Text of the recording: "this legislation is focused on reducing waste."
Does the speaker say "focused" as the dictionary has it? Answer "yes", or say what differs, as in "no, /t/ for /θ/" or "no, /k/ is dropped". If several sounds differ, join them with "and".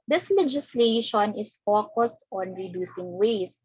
yes